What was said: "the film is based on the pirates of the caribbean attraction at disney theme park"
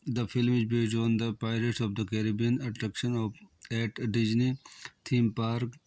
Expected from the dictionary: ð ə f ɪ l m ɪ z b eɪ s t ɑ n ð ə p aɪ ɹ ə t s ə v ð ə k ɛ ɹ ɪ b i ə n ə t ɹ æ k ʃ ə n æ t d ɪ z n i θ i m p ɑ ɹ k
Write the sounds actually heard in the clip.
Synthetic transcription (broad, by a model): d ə f ɪ l m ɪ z b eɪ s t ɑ n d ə p aɪ ɹ ə t s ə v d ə k ɛ ɹ ɪ b i ə n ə t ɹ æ k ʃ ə n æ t d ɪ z n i t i m p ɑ ɹ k